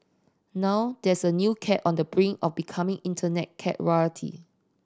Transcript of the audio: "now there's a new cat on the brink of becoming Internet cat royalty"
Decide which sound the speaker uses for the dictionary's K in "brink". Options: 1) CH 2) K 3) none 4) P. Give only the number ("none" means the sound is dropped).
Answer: 3